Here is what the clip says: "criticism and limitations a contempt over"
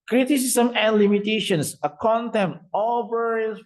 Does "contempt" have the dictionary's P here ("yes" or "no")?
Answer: no